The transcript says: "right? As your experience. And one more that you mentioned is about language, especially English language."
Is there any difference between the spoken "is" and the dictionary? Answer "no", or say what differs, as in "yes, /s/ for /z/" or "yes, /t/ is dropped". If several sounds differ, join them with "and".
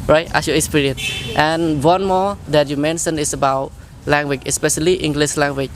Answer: yes, /s/ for /z/